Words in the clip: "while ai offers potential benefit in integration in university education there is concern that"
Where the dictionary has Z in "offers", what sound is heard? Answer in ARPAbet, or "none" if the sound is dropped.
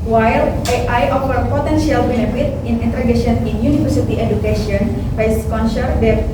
none